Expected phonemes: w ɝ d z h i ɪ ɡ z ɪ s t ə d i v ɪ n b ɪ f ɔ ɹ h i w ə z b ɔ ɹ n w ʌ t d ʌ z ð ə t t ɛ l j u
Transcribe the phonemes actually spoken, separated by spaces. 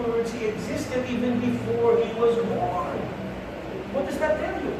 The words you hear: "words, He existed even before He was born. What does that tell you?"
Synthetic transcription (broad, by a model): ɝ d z h i ɪ ɡ z ɪ s t ə d i v ɪ n b ɪ f ɔ ɹ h i w ə z b ɔ ɹ n w ʌ t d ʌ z ð ə t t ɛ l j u